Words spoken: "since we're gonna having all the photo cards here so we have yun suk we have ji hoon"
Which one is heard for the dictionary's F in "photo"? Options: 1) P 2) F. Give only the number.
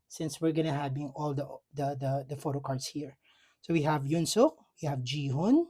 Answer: 2